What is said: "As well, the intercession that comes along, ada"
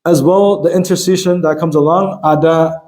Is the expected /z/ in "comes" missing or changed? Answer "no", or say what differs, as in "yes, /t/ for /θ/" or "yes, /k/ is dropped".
no